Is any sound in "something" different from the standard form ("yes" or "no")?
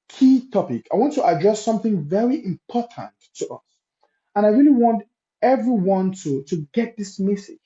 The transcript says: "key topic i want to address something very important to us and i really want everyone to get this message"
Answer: no